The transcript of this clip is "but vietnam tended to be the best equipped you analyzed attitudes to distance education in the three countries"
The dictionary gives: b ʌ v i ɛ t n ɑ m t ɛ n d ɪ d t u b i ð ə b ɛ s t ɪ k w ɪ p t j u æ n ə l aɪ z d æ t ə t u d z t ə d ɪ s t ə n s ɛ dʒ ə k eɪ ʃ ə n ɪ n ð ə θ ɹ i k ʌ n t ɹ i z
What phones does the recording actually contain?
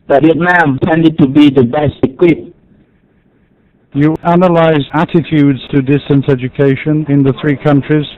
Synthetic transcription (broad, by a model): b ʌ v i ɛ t n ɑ m t ɛ n d ɪ d t u b i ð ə b ɛ s t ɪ k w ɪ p j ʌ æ n ə l aɪ z æ t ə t u d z t ə d ɪ s t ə n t ɛ dʒ ə k eɪ ʃ ə n ɪ n ð ə θ ɹ i k ʌ n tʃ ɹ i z